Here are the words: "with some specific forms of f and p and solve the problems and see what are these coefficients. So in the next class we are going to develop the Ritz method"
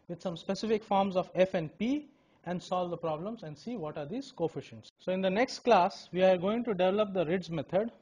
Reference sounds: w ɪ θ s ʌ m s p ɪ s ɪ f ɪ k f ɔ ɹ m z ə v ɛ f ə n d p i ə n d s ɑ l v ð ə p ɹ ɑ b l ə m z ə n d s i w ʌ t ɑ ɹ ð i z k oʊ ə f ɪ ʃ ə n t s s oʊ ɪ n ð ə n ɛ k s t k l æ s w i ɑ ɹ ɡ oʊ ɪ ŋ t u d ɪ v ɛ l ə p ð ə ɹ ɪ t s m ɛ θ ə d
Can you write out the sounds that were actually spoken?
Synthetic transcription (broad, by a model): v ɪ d s ʌ m s p ɪ s ɪ f ɪ k f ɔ ɹ m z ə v ɛ f ə n d p i ə n d s ɑ l v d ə p ɹ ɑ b l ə m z ə n d s i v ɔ t ɑ ɹ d i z k oʊ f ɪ ʃ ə n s s oʊ ɪ n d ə n ɛ k s t k l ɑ s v i ɑ ɹ ɡ oʊ ɪ ŋ t u d ɪ v ɛ l ə p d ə ɹ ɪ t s m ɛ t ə d